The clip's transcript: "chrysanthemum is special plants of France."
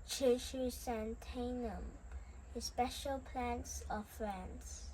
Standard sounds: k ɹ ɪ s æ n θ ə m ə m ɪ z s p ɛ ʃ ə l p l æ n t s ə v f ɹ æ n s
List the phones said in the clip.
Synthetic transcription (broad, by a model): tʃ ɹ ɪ s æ n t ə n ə m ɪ s p ɛ ʃ ə l p l æ n t s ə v f ɹ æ n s